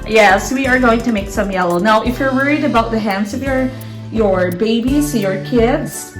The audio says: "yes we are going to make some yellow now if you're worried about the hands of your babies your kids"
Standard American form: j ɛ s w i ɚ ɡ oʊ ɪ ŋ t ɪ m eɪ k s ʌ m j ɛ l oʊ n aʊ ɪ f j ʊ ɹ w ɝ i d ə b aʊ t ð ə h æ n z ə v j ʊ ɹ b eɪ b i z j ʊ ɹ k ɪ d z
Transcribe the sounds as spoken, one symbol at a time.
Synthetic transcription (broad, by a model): j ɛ s w i ɚ ɡ oʊ ɪ ŋ t ɪ m eɪ k s ʌ m j ɛ l oʊ n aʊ ɪ f j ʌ ɹ w ɝ i d ə b aʊ t ð ə h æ n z ə v j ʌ ɹ b eɪ b i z j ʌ ɹ k ɪ d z